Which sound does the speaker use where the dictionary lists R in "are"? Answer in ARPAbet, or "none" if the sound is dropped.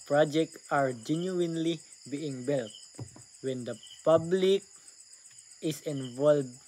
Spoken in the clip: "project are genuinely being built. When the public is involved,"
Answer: R